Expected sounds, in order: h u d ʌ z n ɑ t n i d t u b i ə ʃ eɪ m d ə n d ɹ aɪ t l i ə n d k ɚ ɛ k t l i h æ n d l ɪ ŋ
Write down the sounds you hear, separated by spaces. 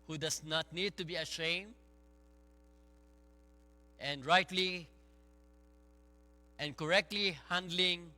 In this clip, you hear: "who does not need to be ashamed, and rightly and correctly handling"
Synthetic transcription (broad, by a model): h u d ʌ s n ɑ t n i d t u b i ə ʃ eɪ m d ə n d ɹ aɪ t l i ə n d k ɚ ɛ k t l i h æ n d l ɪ ŋ